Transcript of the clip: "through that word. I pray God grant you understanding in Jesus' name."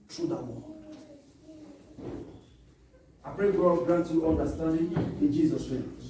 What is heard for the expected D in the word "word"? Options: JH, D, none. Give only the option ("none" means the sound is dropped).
none